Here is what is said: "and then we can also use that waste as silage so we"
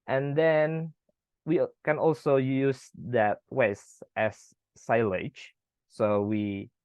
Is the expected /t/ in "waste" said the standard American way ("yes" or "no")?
yes